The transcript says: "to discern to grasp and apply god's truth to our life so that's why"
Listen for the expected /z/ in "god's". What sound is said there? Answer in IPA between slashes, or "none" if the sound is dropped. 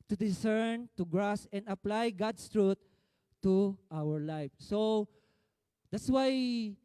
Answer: /s/